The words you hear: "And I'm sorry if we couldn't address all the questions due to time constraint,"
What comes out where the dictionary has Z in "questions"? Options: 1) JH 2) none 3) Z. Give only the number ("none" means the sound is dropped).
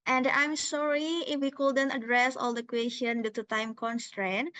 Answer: 2